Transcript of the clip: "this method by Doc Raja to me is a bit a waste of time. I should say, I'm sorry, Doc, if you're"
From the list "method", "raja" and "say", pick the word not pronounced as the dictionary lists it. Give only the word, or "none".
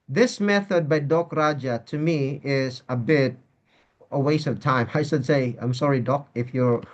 none